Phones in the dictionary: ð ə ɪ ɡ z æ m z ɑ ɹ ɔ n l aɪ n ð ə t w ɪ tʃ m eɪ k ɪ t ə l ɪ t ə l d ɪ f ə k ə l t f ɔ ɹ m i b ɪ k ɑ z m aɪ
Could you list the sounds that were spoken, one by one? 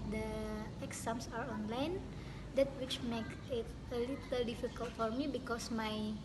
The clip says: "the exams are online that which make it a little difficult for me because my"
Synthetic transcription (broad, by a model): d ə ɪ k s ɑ m s ɑ ɹ ɔ n l aɪ n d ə t w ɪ tʃ m eɪ k ɪ t ə l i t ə l d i f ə k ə l t f ɔ ɹ m i b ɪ k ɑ s m aɪ